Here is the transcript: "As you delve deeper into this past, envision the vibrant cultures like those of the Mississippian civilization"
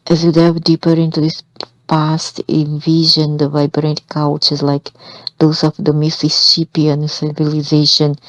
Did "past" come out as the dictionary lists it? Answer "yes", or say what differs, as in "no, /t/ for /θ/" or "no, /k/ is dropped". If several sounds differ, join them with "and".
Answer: yes